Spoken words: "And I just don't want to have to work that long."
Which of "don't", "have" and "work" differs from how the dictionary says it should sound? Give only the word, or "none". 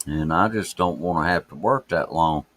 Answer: have